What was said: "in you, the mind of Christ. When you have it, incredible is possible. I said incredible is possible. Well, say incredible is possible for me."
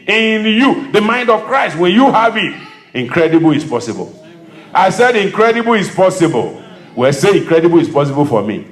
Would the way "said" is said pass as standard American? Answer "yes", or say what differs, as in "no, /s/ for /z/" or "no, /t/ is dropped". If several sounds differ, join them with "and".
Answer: yes